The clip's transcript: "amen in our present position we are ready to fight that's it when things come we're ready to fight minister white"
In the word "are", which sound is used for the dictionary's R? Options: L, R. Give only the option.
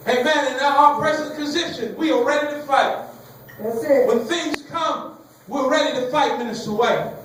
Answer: L